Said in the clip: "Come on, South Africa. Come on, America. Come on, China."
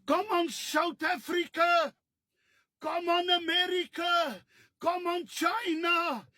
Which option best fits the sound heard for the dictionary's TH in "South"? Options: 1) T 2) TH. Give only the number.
1